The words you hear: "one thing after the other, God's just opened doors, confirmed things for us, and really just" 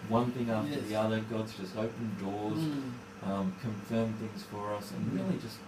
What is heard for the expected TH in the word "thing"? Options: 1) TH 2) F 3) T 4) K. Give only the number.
1